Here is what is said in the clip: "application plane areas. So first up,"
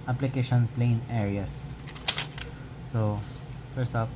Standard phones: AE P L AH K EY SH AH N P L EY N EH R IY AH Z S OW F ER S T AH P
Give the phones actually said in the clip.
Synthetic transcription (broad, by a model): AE P L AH K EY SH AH N P L EY N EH R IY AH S S OW F ER S T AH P